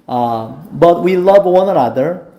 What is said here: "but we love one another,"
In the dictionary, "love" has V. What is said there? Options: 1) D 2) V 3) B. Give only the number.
2